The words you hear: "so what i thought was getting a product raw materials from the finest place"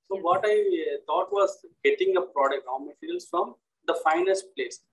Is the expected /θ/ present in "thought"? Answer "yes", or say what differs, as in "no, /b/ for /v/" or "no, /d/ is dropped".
no, /t/ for /θ/